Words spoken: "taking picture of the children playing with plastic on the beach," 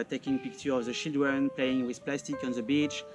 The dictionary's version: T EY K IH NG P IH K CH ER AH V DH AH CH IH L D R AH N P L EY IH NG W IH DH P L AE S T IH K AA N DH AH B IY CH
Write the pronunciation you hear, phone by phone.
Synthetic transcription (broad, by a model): T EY K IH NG P IH K CH ER AH V DH AH SH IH L D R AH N P L EY IH NG W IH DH P L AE S T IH K AA N DH AH B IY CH